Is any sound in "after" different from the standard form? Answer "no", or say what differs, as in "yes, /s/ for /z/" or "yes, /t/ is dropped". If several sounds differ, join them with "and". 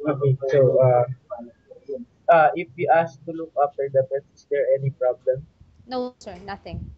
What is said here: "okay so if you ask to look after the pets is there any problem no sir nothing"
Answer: yes, /p/ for /f/